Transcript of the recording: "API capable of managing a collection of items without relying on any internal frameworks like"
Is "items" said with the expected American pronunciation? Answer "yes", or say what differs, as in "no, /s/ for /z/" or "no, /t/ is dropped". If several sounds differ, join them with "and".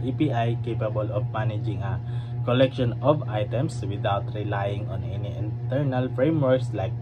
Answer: no, /s/ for /z/